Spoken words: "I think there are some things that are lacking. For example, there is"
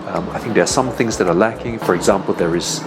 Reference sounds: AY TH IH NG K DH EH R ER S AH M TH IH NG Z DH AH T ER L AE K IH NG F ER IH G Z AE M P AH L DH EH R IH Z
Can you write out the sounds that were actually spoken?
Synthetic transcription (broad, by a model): AY TH IH NG K DH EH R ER S AH M TH IH NG Z DH AH T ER L AE K IH NG F ER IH G Z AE M P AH L DH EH R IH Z